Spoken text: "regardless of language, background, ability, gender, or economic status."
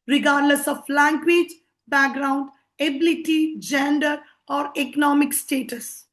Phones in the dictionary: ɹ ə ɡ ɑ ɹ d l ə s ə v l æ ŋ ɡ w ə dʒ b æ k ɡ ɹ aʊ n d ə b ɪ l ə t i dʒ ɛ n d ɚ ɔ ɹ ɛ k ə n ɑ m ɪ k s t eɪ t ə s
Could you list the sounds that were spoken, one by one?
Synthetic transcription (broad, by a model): ɹ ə ɡ ɑ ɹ d l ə s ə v l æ ŋ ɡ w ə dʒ b æ k ɡ ɹ aʊ n d ə b ɪ l ə t i dʒ ɛ n d ɚ ɔ ɹ ɛ k ə n ɑ m ɪ k s t eɪ t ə s